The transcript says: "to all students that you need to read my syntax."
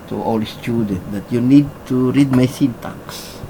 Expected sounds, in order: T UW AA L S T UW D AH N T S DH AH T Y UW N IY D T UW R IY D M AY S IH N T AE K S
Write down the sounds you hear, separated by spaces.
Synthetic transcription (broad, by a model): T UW AA L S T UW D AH N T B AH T Y UW N IY D T UW R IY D M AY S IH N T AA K S